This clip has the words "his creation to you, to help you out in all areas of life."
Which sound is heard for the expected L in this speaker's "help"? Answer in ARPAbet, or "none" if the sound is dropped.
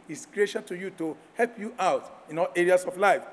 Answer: L